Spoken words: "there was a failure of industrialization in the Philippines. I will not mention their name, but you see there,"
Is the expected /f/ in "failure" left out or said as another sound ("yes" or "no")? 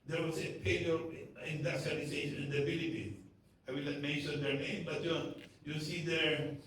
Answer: yes